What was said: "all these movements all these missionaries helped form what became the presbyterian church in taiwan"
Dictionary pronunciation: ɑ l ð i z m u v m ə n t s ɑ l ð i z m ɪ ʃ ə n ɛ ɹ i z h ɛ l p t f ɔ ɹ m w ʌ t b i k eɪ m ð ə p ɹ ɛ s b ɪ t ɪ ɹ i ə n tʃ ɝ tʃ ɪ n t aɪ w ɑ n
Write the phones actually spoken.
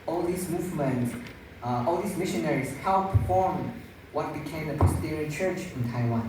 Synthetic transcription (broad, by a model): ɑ l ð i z m u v m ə n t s ɑ l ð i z m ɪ ʃ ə n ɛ ɹ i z h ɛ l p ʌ f ɔ ɹ m w ʌ t b i k eɪ m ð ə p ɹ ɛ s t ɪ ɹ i tʃ ɝ tʃ ɪ n t aɪ w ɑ n